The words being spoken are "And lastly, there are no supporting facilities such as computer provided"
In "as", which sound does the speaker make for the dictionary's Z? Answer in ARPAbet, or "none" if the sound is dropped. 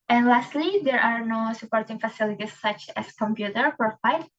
S